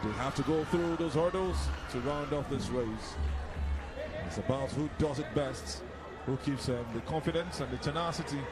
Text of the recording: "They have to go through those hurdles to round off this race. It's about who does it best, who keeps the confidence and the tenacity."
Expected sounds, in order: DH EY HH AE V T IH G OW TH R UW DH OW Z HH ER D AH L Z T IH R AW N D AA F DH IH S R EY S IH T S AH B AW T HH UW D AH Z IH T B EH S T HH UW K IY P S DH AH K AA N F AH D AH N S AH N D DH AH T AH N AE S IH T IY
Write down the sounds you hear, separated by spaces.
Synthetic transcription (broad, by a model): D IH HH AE F T IH G OW TH R UW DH OW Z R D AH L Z T IH R AW N D AA F DH IH S R EY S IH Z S AH B AW T HH UW D AH Z IH T B EH S T HH UW K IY P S DH AH K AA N F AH D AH N S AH N DH AH T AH N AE S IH T IY